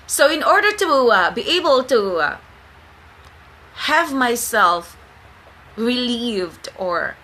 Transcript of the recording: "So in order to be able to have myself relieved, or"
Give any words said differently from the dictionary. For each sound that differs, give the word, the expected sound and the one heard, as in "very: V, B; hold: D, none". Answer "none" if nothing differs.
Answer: none